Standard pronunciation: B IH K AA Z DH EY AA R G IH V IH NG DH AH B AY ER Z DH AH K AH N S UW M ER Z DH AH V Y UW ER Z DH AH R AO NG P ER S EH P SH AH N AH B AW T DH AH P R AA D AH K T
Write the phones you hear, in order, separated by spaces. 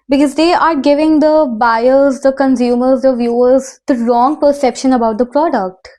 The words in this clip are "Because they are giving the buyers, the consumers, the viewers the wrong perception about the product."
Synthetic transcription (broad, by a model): B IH K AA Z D EY AA R G IH V IH NG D AH B AY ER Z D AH K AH N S UW M ER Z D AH V Y UW ER Z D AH R AO NG P ER S EH P SH AH N AH B AW T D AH P R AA D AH K T